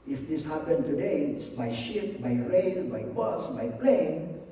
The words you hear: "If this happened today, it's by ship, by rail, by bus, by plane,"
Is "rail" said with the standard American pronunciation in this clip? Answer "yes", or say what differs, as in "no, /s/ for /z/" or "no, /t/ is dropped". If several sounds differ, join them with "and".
no, /n/ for /l/